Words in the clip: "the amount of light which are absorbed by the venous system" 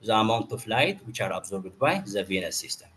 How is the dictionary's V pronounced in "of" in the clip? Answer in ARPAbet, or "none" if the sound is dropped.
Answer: F